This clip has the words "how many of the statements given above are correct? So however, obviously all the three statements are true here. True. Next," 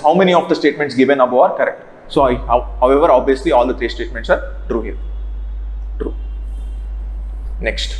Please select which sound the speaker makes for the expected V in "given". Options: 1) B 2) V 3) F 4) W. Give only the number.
2